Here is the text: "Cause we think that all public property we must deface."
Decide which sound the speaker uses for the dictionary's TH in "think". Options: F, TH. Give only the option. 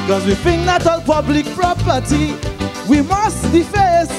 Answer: F